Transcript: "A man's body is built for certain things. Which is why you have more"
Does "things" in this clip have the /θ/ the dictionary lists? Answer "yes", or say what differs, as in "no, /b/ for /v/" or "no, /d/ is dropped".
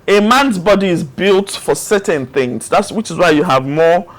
yes